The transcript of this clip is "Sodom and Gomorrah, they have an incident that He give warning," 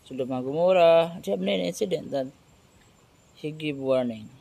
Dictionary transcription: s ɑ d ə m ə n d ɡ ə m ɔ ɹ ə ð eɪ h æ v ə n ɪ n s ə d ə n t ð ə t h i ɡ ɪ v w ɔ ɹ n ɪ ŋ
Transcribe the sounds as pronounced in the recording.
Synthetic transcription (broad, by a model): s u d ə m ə ɡ ə m ɔ ɹ ə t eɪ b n ə n ɪ n s ə d ə n t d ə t h i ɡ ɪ b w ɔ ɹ n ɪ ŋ